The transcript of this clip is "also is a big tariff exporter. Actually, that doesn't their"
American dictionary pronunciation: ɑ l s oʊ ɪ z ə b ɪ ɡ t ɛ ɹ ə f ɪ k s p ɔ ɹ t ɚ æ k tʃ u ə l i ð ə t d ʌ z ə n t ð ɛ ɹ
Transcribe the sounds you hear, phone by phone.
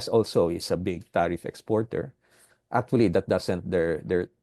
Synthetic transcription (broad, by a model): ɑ l s oʊ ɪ s ə b ɪ ɡ t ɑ ɹ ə f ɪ k s p ɔ ɹ t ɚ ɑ k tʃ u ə l i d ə t d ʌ s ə n t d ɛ ɹ